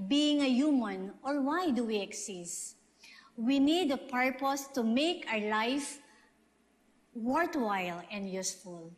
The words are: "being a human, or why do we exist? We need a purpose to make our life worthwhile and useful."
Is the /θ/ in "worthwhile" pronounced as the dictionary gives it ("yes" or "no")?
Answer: no